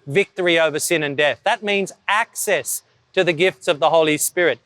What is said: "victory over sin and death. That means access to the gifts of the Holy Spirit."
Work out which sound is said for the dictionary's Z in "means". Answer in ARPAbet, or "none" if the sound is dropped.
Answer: Z